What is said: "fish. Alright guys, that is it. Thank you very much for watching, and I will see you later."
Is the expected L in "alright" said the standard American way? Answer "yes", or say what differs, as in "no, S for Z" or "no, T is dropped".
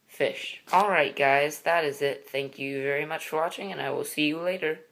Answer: yes